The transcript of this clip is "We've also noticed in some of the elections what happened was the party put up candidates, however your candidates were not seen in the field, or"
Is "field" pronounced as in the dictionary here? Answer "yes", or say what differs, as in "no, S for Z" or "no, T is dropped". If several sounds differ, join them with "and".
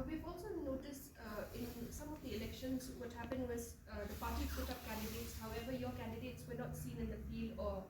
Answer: no, D is dropped